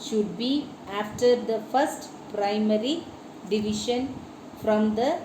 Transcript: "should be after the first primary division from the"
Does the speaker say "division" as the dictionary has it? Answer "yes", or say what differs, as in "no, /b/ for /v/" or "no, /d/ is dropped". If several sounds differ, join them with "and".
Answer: no, /ʃ/ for /ʒ/